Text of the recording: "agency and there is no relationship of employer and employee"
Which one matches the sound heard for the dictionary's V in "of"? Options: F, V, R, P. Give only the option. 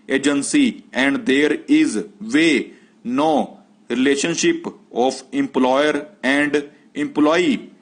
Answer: P